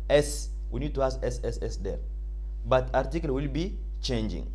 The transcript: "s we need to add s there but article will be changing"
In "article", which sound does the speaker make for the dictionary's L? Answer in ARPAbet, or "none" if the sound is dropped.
L